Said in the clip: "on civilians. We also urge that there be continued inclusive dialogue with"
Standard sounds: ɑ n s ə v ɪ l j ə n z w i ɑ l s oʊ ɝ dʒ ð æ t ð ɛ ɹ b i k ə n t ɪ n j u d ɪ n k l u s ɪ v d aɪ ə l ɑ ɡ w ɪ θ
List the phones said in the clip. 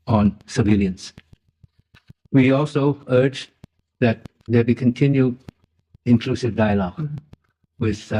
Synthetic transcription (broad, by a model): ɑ n s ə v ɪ l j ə n s w i ɑ l s oʊ ɝ dʒ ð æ t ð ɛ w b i k ə n t ɪ n j u d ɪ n k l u s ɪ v d aɪ ə l ɑ ɡ w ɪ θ